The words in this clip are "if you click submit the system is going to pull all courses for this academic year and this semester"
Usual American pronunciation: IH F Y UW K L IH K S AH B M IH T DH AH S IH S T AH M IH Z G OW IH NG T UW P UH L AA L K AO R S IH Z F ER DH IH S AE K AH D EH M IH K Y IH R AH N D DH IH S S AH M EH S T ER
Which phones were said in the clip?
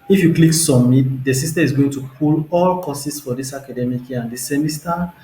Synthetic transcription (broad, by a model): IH F Y UW K L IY K S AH M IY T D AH S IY S T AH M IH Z G OW IH NG T UW P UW L AA L K AO S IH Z F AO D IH S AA K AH D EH M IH K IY AH N D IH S S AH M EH S T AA